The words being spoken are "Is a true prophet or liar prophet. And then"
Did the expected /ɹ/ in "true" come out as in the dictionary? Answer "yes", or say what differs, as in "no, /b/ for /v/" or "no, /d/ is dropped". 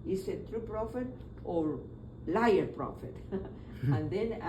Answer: yes